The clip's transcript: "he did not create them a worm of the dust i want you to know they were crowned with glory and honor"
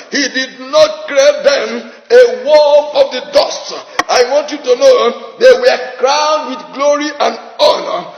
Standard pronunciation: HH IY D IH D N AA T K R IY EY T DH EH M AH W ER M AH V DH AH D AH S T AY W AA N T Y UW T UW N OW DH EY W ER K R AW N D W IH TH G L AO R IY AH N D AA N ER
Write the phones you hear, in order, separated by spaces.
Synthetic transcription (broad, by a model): HH IY D IH D N AA T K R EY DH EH M AH W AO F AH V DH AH D AH S T AY W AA N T Y UW T UW N OW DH EY W ER K R AW N D W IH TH G L AO R IY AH N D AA N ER